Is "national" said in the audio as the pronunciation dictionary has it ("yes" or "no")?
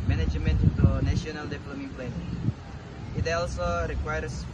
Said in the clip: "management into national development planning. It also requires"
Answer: no